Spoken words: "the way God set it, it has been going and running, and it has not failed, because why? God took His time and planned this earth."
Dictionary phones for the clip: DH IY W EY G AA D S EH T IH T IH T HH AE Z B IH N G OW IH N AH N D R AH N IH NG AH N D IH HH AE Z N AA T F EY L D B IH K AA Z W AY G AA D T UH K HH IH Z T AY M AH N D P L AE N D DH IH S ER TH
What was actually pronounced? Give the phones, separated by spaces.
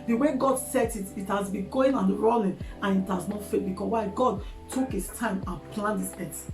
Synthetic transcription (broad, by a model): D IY W EY G AA D S EH T IH T IH T HH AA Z B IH G OW IH N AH N R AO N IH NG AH N IH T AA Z N AA T F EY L B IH K AA S W AY G AA D T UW K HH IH S T AY M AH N P L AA N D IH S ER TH